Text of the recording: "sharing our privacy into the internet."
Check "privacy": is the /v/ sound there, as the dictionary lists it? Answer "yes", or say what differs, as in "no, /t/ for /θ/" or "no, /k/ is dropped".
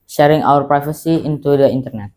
no, /f/ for /v/